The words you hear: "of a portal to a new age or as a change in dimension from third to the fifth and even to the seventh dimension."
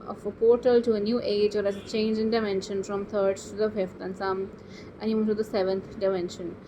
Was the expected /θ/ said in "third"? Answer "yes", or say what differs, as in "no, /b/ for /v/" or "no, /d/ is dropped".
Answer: no, /t/ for /θ/